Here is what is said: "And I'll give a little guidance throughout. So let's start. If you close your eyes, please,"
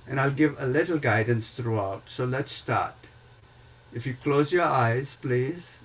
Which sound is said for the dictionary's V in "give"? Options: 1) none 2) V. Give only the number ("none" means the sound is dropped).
2